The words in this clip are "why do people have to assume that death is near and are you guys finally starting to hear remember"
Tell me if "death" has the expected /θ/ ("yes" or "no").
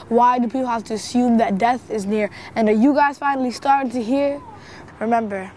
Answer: yes